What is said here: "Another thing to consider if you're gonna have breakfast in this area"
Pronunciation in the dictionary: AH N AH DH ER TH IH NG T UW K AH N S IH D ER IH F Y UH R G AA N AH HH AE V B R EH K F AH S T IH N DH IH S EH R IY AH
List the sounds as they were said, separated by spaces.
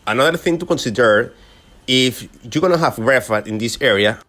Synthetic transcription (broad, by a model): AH N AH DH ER TH IH NG T UW K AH N S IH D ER IH F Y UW G AA N AH HH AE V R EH F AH T IH N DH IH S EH R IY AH